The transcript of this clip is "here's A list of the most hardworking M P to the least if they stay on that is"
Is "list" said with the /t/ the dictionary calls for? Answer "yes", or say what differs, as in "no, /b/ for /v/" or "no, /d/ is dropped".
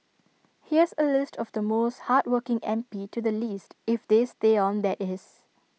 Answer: yes